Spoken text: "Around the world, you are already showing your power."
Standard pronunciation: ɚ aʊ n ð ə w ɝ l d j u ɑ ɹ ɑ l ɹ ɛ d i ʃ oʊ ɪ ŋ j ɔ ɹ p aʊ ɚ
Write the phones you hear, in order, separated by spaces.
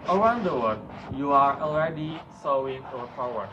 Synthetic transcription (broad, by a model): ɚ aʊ n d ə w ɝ d j u ɑ ɹ ɑ l ɹ ɛ d i s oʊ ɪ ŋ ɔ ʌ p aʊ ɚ